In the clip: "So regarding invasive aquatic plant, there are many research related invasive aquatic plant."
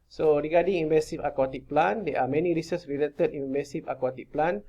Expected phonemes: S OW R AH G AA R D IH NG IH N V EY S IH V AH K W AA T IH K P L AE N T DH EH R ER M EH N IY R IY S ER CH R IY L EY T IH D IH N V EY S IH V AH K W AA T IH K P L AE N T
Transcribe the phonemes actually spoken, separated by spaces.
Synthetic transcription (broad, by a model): S OW R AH G AA D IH NG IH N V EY S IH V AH K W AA T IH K P L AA N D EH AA M EH N IY R IY S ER S R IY L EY T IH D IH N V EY S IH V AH K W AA T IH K P L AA N